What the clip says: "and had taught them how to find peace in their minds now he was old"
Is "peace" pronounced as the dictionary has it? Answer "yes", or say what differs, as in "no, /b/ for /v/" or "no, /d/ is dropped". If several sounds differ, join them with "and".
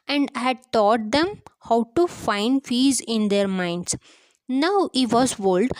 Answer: no, /f/ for /p/